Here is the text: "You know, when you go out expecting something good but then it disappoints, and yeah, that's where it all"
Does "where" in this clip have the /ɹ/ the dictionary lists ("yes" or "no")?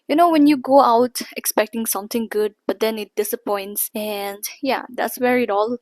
yes